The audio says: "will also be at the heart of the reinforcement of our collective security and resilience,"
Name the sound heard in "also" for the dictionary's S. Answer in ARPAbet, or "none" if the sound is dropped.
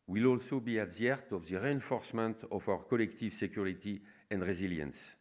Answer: S